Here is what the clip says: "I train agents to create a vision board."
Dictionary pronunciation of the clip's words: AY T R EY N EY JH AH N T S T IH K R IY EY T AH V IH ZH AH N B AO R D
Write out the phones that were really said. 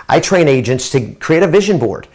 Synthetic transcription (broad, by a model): AY T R EY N EY JH AH N T S T IH K R IY EY T AH V IH ZH AH N B AO R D